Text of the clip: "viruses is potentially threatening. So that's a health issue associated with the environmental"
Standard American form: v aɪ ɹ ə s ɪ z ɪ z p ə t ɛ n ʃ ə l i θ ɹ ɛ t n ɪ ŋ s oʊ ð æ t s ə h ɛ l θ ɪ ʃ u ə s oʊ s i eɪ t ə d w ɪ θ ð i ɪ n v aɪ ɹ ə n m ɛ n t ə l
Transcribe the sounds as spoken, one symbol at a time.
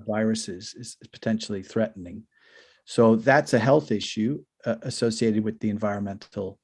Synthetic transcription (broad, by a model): v aɪ ɹ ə s ɪ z ɪ z p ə t ɛ n ʃ l i θ ɹ ɛ t n ɪ ŋ s oʊ ð æ t s ə h ɛ l θ ɪ ʃ u ə s oʊ s i eɪ t ə d w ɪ ð i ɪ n v aɪ ɹ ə n m ɛ n t l